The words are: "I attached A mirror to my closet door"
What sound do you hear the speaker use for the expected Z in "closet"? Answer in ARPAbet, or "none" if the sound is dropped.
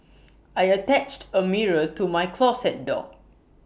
S